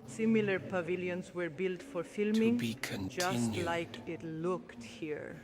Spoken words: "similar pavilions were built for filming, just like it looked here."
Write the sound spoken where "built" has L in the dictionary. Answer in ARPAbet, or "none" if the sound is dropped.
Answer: L